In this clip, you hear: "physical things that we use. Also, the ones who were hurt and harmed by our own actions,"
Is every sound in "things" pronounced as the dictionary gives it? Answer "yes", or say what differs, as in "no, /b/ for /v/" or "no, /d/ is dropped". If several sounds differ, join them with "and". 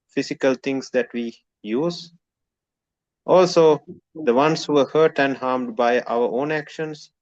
no, /t/ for /θ/